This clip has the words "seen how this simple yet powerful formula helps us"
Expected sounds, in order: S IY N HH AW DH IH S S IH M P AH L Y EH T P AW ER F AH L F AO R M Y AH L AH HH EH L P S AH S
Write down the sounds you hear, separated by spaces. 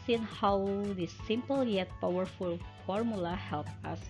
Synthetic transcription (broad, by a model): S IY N HH AW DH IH S S IH M P AH L Y EH T P AW ER F AH L F AO R M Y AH L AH HH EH L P AH S